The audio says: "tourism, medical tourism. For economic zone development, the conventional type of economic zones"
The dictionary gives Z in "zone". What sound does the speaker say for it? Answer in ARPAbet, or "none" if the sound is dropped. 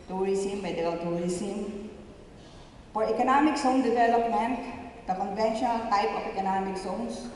S